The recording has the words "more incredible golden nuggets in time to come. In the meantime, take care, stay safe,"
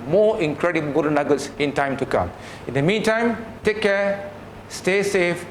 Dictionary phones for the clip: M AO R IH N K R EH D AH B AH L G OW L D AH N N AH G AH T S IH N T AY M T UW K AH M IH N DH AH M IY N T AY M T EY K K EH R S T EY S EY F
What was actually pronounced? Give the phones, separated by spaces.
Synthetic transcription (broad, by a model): M AO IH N K R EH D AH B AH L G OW D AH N N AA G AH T S IH N T AY M T UW K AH M IH N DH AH M IY N T AY M T EY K K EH S T EY S EY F